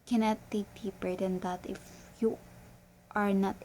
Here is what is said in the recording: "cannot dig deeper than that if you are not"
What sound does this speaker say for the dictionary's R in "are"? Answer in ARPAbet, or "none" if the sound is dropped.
R